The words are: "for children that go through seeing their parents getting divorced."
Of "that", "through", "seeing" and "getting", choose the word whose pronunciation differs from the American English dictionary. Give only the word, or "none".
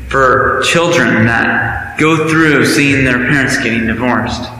none